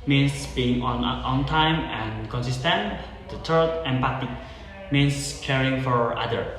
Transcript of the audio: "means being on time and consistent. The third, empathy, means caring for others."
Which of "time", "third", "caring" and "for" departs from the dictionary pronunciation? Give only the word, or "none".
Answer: third